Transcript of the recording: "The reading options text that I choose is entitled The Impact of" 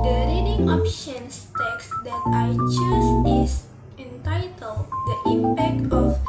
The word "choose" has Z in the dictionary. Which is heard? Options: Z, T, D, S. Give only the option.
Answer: S